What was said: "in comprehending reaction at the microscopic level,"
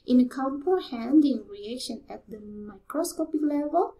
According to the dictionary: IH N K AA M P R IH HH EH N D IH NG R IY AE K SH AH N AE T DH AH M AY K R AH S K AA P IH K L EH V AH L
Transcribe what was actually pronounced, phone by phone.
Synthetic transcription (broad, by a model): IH N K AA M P IH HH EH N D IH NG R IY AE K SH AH N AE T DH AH M AY K R AH S K AA P IH K L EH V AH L